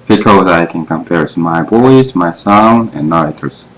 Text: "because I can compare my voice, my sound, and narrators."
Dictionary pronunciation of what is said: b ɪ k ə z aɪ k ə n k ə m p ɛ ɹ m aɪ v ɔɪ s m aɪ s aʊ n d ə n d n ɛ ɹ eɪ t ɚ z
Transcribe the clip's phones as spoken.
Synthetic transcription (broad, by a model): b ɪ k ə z aɪ k ə n k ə m p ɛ ɹ m aɪ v ɔɪ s m aɪ s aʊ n ə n n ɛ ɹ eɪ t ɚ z